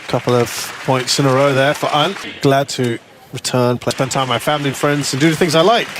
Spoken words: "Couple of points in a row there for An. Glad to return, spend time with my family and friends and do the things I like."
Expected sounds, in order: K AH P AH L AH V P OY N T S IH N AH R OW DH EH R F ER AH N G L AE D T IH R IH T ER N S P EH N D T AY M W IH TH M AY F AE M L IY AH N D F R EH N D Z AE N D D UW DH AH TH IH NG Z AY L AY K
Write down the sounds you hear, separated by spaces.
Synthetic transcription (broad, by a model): K AH P L AH V P OY N T S IH N AH R OW DH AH R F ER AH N G L AE D T IH R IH T ER N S P EH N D T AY IH M AY F AE M L IY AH N F R EH N D Z N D D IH DH AH TH IH NG Z AY L AY K